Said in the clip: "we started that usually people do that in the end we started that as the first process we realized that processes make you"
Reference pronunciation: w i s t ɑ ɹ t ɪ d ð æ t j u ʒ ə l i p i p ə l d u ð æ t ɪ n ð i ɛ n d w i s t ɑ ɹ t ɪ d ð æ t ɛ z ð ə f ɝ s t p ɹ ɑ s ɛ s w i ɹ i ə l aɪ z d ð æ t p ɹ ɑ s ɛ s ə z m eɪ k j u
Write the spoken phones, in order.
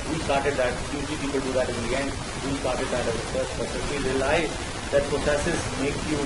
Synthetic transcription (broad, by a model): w i s t ɑ ɹ t ɪ d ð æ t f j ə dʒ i p i p ə l d u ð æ t ɪ n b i ɛ n d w i s t ɑ ɹ t ɪ d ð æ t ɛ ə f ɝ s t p ɑ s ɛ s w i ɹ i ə l aɪ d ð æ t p ɹ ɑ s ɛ s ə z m eɪ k j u